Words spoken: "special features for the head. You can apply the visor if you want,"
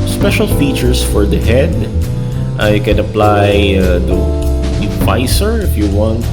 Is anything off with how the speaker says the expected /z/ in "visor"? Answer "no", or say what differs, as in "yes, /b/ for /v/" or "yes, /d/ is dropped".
yes, /s/ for /z/